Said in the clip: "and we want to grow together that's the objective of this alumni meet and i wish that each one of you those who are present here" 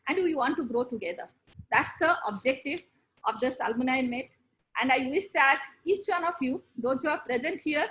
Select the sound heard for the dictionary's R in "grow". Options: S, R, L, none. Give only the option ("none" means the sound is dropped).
R